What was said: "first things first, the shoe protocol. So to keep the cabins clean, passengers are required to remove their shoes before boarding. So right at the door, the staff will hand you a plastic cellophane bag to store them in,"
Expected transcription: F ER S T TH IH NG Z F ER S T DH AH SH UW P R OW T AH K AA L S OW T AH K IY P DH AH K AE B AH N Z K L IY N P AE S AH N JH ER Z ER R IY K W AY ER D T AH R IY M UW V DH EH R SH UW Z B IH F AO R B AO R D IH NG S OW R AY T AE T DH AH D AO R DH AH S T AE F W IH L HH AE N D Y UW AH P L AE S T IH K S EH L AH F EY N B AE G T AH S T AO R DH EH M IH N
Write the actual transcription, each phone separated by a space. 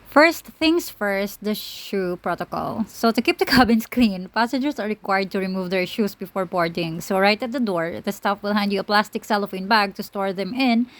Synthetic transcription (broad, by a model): F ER S T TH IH NG S F ER S T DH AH SH UW P R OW T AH K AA L S OW T AH K IY P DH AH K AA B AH N S K L IY N P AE S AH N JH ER S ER R IY K W AY ER D T AH R IY M UW V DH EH R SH UW S B IH F AO R B AO R D IH NG S OW R AY T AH T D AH D AO R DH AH S T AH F W IH L HH AE N D Y UW AH P L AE S T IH K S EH L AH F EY N B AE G T AH S T AO R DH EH M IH N